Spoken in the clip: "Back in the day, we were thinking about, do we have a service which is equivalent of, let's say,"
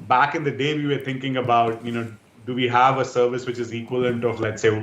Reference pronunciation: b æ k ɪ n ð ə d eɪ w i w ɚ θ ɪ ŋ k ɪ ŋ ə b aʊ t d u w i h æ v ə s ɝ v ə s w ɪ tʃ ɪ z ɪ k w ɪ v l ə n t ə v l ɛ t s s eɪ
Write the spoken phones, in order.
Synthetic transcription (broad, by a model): b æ k ɪ n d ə d eɪ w i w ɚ t ɪ ŋ k ɪ ŋ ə b aʊ t d u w i h æ v ə s ɝ v ə s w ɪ tʃ ɪ z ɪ k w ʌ l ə n t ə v l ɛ t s s eɪ